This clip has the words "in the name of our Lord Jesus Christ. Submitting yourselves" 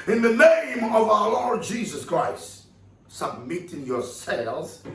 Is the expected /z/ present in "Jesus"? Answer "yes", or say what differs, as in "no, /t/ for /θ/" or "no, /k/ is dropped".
yes